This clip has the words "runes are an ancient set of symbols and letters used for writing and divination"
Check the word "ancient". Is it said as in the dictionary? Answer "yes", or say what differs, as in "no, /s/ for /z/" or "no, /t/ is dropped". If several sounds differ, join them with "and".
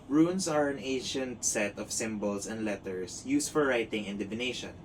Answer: yes